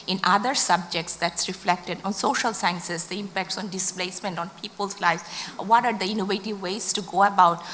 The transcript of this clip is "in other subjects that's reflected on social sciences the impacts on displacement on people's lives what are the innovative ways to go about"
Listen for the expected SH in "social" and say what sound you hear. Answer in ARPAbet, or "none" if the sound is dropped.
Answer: SH